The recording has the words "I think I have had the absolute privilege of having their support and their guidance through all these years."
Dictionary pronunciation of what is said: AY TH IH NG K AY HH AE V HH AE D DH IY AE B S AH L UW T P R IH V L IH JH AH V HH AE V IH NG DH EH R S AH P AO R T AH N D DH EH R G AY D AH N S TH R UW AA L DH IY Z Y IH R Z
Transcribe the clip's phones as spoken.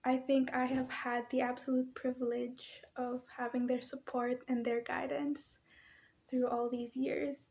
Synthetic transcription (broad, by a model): AY TH IH NG K AY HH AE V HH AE D DH IY AE B S AH L UW T P R IH V L IH JH AH V HH AE V IH NG DH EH R S AH P AO R T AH N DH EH R G AY D AH N S TH R UW AA L DH IY Z Y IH R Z